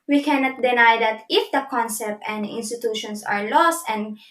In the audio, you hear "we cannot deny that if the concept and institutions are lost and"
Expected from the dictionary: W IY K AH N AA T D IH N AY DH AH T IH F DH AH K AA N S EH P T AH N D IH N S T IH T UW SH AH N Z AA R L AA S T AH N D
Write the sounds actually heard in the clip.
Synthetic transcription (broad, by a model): W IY K AH N AA T D IH N AY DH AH T IH F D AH K AA N S EH P T AH N D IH N S T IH T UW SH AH N S AA R L AA S T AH N D